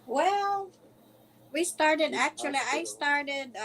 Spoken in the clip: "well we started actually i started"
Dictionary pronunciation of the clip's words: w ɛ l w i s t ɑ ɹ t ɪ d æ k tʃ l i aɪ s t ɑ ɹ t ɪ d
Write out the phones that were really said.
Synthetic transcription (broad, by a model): w ɛ l w i s t ɑ ɹ t ɪ d æ k tʃ l i aɪ s t ɑ ɹ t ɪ d